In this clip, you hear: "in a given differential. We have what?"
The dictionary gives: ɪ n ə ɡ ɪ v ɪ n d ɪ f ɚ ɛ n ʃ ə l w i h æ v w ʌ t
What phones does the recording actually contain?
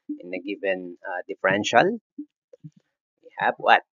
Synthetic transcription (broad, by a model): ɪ n ə ɡ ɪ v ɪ n d ɪ f ɚ ɛ n ʃ ə l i h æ b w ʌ t